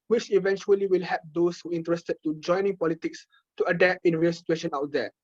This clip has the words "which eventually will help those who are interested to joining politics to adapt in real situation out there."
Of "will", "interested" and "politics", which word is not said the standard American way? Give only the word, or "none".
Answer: none